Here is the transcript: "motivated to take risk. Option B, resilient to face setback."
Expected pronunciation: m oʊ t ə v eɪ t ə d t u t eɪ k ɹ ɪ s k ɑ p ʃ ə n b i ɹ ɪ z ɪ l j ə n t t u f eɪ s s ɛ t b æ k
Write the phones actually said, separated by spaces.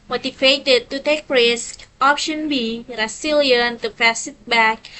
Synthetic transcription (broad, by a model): m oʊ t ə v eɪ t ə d t u t eɪ k ɹ ɪ s k ɑ p ʃ ə n b i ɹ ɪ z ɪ l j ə n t t u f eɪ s s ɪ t b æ k